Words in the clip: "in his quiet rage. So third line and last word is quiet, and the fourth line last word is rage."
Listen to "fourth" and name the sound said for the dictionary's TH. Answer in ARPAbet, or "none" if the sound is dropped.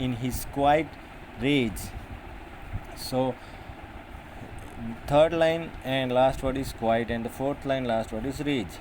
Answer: T